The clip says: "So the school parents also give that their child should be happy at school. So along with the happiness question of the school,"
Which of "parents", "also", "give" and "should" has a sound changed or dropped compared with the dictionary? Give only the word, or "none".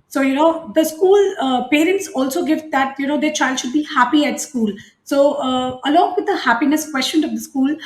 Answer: none